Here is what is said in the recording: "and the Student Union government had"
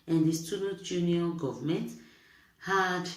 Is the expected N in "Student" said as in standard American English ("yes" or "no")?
no